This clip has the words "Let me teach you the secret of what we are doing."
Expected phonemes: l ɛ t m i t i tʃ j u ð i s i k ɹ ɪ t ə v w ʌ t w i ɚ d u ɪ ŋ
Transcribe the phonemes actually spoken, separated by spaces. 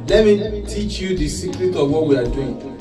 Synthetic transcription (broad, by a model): l ɛ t m i t i tʃ j u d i s i k ɹ ɪ t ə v w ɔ t w i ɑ d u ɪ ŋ